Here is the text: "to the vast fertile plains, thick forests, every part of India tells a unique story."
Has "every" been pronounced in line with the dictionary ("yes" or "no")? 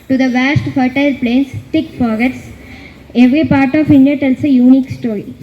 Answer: yes